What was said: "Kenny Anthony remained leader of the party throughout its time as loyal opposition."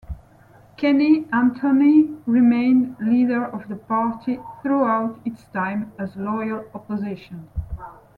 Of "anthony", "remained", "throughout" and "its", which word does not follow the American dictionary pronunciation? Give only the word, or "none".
anthony